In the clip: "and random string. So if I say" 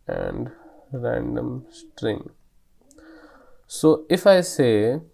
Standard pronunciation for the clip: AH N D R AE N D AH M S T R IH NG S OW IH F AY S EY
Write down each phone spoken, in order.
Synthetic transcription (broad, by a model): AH N D R AE N D AH M S T R IH NG S OW IH F AY S EY